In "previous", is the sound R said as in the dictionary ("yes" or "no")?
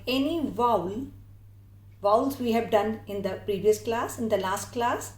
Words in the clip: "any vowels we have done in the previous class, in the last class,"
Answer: yes